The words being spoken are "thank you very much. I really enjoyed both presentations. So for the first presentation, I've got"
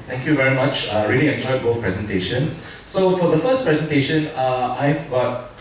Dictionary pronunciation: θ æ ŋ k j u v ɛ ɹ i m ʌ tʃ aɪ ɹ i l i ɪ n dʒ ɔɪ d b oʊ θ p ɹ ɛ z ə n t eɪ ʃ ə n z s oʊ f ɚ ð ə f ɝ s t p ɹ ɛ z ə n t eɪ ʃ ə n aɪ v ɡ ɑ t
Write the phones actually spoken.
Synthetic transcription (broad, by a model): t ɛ ŋ k j u v ɛ ɹ i m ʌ tʃ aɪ ɹ i l i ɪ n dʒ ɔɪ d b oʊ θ p ɹ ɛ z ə n t eɪ ʃ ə n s s oʊ f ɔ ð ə f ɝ s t p ɹ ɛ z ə n t eɪ ʃ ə n aɪ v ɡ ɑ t